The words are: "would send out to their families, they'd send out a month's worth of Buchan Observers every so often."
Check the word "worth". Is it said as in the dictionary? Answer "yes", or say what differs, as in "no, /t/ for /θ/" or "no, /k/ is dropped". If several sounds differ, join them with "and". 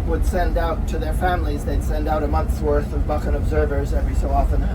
yes